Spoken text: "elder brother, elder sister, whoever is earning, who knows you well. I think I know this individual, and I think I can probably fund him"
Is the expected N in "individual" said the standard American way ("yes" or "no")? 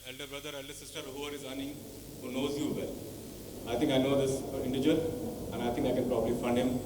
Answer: no